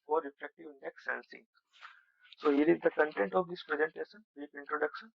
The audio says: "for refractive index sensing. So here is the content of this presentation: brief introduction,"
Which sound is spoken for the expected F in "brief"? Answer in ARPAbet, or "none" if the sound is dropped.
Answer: P